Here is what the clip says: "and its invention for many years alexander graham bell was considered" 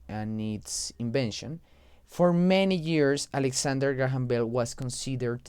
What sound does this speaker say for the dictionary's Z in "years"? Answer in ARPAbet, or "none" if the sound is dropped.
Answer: S